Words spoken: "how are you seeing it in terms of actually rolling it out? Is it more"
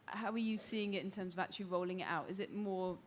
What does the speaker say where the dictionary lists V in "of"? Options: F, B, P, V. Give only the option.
V